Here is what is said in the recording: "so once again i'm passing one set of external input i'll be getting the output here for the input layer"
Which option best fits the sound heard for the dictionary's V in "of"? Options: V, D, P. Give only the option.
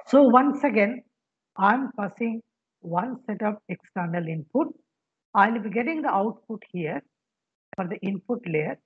P